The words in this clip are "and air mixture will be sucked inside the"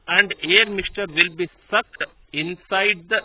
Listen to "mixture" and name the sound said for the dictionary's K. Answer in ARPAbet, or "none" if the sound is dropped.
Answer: none